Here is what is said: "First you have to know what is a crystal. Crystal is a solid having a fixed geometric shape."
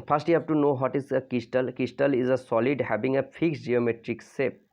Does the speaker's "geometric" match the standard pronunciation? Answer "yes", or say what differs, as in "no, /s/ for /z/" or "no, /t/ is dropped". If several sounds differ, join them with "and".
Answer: yes